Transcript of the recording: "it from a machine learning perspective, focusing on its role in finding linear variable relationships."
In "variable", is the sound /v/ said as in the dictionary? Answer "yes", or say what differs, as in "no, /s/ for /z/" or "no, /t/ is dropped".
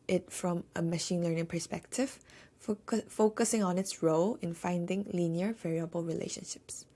yes